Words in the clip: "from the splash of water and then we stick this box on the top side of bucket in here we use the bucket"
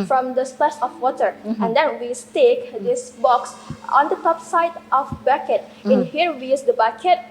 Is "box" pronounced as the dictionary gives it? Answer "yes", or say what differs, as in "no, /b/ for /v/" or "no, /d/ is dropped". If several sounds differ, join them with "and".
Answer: yes